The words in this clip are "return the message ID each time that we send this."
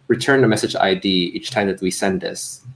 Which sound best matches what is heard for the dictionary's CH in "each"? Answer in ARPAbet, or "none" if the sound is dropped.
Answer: CH